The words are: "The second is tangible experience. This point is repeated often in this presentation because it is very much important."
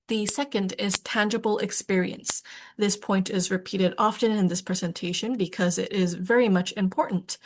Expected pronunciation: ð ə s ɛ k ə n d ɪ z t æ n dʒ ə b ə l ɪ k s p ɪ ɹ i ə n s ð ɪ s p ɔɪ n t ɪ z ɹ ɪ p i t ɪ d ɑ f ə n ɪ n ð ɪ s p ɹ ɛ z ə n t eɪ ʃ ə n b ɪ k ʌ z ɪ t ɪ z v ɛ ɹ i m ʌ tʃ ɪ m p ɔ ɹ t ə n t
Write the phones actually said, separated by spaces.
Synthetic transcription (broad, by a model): ð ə s ɛ k ə n d ɪ z t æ n dʒ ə b l ɪ k s p ɪ ɹ i ə n s ð ɪ s p ɔɪ n t ɪ z ɹ ɪ p i t ɪ d ɑ f ə n ɪ n ð ɪ s p ɹ ɛ z ə n t eɪ ʃ ə n b ɪ k ʌ z ɪ t ɪ z v ɛ ɹ i m ʌ tʃ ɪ m p ɔ ɹ t n t